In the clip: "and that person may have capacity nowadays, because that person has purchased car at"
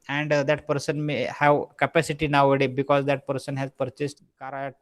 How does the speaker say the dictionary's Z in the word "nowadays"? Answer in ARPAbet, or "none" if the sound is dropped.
none